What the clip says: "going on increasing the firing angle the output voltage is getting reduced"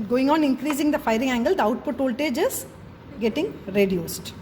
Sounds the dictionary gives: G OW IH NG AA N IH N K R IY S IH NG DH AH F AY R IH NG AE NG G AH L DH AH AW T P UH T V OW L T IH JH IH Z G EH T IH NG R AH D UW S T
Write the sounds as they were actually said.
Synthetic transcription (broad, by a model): G OW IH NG AA N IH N K R IY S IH NG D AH F AY R IH NG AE NG G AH L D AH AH T P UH T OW L T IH JH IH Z G EH T IH NG R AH D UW S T